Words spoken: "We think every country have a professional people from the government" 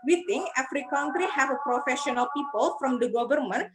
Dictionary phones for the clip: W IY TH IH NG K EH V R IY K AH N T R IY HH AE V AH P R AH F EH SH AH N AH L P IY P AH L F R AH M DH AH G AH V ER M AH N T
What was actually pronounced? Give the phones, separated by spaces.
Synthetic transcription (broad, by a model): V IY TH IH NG EH F R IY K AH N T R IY HH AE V AH P R AH F EH SH AH N AH L P IY P AH L F R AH M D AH G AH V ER M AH N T